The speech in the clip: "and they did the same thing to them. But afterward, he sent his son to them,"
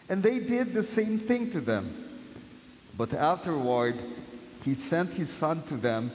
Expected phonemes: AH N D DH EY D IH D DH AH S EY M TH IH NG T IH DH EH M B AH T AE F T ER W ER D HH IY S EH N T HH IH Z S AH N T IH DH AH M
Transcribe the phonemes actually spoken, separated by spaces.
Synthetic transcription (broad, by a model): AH N DH EY D IH D DH AH S EY M TH IH NG T IH DH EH M B AH T AE F T ER W ER D HH IY S EH N T HH IH Z S AH N T IH DH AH M